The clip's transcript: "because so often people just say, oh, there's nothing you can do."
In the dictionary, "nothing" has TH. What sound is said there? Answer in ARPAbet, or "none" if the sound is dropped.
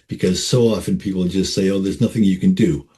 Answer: TH